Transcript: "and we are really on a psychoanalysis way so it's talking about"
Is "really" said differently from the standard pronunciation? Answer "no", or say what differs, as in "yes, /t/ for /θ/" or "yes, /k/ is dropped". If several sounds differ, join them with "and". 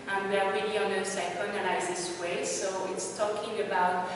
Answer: yes, /n/ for /l/